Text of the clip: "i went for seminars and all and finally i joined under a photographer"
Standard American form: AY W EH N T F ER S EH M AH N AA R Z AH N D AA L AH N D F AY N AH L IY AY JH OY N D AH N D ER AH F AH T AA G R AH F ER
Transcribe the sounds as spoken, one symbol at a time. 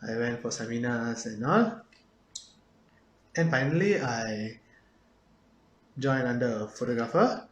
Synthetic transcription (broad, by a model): AY W EH N T F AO S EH M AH N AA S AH N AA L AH N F AY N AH L IY AY JH OY N AA N D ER AH F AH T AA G R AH F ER